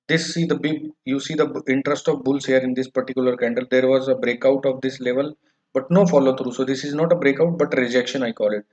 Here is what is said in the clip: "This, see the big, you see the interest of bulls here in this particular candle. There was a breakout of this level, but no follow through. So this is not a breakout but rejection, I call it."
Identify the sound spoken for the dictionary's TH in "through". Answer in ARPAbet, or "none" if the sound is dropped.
T